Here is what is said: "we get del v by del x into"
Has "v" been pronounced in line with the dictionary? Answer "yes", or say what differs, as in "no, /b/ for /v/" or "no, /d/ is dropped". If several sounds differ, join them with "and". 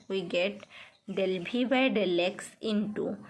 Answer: no, /b/ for /v/